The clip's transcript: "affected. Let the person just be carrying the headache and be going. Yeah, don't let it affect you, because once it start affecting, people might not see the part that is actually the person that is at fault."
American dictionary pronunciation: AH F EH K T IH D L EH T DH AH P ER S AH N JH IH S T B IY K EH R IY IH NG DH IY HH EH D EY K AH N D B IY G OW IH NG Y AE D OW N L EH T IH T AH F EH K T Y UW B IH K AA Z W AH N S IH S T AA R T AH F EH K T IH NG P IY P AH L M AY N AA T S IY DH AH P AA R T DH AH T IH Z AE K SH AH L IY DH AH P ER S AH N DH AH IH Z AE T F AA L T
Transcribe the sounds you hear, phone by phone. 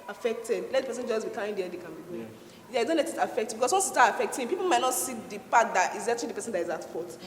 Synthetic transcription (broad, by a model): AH F EH K T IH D L EH T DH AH P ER S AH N JH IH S B IY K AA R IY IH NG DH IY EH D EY K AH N B IY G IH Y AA D OW N L EH T IH T AH F EH K T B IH K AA S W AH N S IH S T AA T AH F EH K T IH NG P IY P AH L M AY N AA T S IY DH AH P AA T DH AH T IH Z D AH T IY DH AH P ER S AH N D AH IH Z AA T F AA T